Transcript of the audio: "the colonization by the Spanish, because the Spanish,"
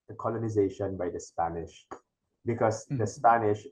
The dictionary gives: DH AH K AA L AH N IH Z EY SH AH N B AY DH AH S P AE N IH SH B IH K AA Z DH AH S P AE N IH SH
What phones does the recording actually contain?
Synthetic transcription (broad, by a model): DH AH K AA L AH N IH Z EY SH AH N B AY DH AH S P AE N IH SH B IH K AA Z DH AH S P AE N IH SH